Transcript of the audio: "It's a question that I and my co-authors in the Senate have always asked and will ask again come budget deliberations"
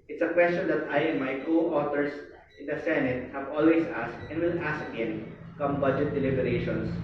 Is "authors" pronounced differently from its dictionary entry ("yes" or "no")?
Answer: yes